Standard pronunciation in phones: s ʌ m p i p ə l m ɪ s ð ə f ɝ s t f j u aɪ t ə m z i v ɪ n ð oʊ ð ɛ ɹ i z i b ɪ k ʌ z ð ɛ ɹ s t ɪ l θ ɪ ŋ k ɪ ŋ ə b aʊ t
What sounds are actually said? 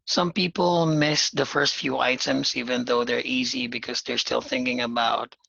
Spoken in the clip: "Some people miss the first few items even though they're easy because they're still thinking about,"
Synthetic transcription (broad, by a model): s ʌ m p i p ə l m ɪ s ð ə f ɝ s t f j u aɪ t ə m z i v ɪ n ð oʊ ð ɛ ɹ i z i b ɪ k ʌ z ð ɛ ɹ s t ɪ l θ ɪ ŋ k ɪ ŋ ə b aʊ t